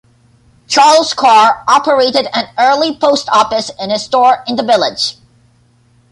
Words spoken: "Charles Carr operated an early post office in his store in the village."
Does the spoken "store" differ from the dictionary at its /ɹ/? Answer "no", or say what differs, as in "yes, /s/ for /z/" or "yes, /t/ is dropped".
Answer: no